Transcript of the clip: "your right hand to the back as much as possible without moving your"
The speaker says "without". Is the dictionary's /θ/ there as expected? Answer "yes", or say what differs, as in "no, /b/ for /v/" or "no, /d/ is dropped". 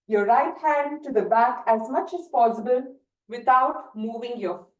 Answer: no, /t/ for /θ/